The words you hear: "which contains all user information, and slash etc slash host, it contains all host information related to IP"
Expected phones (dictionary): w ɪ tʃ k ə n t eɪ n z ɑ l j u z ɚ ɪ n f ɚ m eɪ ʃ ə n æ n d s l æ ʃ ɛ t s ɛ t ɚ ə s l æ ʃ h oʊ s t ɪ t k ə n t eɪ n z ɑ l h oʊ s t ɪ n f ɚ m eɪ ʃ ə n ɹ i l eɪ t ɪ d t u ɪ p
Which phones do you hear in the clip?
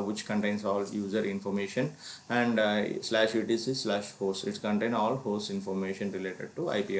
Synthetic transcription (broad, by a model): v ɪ tʃ k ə n t eɪ n s ɑ l j u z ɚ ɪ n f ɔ m eɪ ʃ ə n æ n d s l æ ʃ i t i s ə s l æ ʃ h oʊ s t ɪ t k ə n t eɪ n ɑ l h oʊ s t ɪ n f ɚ m eɪ ʃ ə n ɹ i l eɪ t ɪ d t u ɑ p